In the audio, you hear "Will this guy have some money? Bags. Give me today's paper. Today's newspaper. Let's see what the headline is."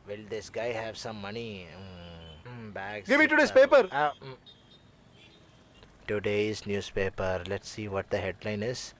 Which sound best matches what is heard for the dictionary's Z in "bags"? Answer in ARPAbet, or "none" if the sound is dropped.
none